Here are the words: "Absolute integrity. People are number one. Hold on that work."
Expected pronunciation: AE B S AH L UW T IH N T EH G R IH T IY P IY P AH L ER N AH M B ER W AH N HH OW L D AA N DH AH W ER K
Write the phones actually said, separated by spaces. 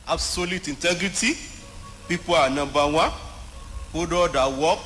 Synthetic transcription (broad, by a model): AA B S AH L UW T IH N T EH G R IH T IY P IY P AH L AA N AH B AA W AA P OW D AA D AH W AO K